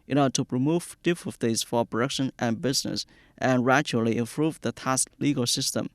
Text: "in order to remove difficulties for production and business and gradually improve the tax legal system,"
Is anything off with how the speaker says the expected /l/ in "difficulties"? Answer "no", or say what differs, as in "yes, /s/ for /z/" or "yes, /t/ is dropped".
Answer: yes, /l/ is dropped